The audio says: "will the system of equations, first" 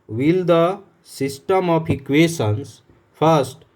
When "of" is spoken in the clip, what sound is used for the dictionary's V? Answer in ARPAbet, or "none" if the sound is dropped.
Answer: P